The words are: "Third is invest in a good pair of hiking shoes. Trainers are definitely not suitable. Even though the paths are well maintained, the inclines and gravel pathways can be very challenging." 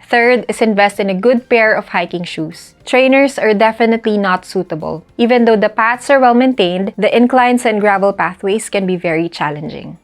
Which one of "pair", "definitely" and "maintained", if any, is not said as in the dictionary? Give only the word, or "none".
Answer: none